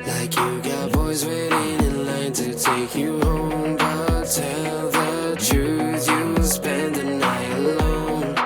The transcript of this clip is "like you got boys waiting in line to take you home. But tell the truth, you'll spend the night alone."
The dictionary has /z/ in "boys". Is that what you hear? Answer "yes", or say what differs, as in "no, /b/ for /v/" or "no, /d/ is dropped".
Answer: yes